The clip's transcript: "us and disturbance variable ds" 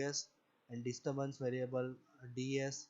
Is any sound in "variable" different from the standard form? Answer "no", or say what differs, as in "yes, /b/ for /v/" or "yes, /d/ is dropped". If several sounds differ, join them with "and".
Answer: no